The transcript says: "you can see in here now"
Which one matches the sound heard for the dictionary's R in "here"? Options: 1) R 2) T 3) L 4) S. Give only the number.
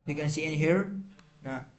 1